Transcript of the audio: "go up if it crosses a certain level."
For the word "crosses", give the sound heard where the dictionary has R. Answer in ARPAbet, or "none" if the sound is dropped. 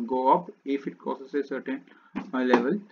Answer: none